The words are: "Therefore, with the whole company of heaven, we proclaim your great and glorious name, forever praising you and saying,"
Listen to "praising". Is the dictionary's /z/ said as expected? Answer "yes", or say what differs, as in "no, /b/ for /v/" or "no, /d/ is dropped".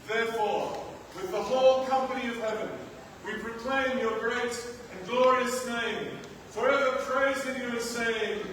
yes